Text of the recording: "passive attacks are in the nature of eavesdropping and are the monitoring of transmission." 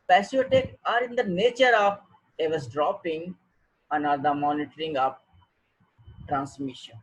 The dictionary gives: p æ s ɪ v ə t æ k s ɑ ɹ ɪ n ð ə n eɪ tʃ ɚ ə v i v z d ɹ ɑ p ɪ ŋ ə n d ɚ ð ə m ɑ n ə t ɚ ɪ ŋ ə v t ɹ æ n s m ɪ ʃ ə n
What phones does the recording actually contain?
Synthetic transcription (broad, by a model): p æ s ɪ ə t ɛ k ɑ ɹ ɪ n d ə n eɪ tʃ ɚ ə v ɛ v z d ɹ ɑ p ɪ ŋ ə n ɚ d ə m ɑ n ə t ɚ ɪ ŋ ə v t ɹ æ n s m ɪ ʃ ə n